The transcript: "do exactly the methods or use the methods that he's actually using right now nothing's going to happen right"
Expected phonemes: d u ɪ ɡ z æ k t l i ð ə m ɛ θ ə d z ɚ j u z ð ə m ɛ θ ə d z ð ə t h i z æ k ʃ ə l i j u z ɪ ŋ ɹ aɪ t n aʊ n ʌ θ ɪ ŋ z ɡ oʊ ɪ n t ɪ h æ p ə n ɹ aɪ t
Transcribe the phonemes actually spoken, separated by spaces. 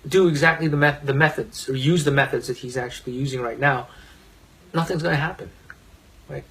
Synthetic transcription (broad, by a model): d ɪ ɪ ɡ z æ k t l i ð ə m ɛ θ ə d z ɚ j u z ð ə m ɛ θ ə d z ð ə t h i z æ k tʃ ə l i j u z ɪ ŋ ɹ aɪ t n aʊ n ʌ θ ɪ ŋ z ɡ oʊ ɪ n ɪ h æ p ə n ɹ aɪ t